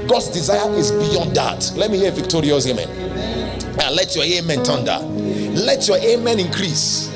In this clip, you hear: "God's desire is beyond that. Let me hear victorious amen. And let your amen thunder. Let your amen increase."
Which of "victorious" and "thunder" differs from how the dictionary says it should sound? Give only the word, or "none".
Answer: thunder